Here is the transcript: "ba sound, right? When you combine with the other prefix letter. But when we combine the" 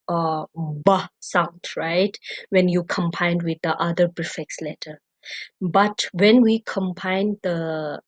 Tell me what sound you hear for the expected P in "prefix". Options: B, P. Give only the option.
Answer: B